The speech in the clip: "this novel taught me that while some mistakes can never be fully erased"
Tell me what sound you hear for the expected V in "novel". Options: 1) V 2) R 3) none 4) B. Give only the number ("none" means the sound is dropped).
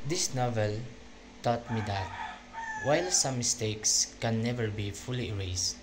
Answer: 1